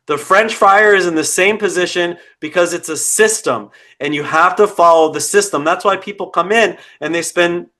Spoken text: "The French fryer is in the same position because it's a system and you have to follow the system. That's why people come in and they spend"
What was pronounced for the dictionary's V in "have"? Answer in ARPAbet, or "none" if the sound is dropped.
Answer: F